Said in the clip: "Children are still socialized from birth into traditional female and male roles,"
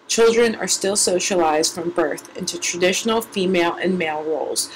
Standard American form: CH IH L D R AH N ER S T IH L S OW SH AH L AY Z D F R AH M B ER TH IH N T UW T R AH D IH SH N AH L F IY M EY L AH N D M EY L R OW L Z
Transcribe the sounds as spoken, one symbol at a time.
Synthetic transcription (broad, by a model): CH IH L D R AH N ER S T IH L S OW SH AH L AY Z D F R AH M B ER TH IH N T UW T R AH D IH SH N L F IY M EY L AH N M EY L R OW L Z